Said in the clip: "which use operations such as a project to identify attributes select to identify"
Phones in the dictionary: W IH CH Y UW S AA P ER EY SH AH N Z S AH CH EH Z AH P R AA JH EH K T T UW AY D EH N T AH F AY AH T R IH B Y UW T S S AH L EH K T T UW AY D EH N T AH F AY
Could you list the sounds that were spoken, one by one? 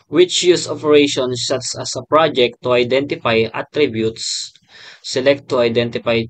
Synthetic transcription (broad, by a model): W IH CH Y UW S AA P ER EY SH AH N S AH S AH S AH P R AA JH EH K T T UW AY D EH N T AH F AY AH T R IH B Y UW T S S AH L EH K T T UW AY D EH N T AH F AY